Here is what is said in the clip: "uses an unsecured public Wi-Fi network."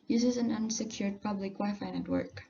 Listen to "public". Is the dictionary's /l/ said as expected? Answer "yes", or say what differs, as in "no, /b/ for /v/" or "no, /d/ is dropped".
no, /l/ is dropped